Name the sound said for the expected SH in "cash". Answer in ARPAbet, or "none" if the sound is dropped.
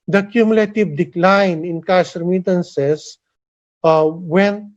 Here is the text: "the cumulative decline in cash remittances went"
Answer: S